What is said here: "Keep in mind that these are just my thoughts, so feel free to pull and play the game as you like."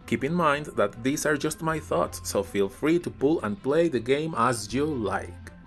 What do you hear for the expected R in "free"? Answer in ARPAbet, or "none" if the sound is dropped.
R